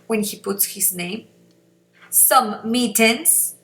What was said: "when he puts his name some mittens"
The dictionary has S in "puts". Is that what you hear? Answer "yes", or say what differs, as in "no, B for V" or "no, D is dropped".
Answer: yes